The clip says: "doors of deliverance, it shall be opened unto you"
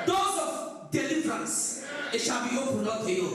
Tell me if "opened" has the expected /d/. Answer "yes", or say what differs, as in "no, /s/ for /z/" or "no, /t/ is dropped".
no, /d/ is dropped